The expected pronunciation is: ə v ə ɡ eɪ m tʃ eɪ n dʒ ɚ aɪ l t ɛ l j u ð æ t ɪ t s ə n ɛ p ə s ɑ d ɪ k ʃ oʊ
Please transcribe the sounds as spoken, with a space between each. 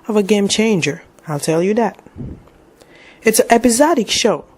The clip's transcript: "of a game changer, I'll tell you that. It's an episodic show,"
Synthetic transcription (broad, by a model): ə v ə ɡ eɪ m tʃ eɪ n dʒ ɚ aɪ l t ɛ l j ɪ ð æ t ɪ t s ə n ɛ p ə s ɑ d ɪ k ʃ oʊ